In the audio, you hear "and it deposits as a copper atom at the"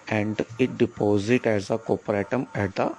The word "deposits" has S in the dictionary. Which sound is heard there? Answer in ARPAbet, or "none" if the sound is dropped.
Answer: none